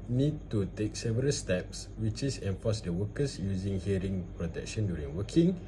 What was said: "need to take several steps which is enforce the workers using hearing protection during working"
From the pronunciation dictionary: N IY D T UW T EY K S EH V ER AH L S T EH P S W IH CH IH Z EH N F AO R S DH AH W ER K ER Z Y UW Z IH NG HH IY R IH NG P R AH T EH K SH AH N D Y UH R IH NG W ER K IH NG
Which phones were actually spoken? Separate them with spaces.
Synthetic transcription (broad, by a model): N IY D T UW T EY K S EH V ER AH L S T EH P S W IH CH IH S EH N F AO S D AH W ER K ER S Y UW Z IH NG HH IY R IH NG P R AH T EH K SH AH N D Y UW R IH NG W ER K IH NG